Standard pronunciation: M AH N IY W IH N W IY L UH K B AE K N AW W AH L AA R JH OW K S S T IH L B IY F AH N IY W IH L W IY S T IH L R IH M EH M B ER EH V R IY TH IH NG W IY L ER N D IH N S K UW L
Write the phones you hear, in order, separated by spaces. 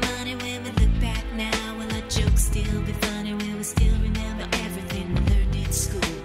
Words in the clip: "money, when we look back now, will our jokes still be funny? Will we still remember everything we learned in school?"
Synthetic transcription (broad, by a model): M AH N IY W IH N W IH L UH K B AE K N AW W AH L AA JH OW K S S T IH L B IY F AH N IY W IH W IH S T IH L R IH M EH M B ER EH V R IY TH IH NG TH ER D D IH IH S K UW L